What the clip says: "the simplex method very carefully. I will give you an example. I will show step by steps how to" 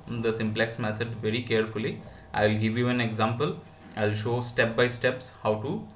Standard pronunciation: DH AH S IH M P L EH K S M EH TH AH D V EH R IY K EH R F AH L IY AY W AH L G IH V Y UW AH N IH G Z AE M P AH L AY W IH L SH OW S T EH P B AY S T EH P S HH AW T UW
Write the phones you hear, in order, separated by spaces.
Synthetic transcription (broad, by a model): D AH S IH M P L EH K S M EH T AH D V EH R IY K EH R F AH L IY AY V L G IH V Y UW AH N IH G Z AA M P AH L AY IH L SH OW S T EH P B AY S T EH P S HH AW T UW